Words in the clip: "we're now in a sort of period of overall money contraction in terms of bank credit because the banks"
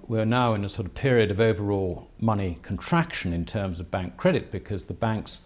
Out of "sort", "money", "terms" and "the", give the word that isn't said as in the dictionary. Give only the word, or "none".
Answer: none